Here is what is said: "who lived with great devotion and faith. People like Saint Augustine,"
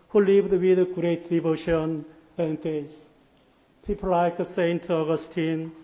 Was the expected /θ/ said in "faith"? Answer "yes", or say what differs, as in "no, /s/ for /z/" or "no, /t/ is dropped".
no, /s/ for /θ/